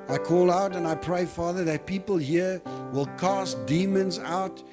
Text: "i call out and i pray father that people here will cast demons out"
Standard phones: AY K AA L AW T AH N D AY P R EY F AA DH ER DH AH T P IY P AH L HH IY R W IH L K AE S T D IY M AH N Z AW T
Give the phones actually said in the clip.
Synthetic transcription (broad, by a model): AY K AA L AW T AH N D AY P R EY F AA DH ER DH AH T P IY P AH L HH IY R W IH L K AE S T D IY M AH N Z AW T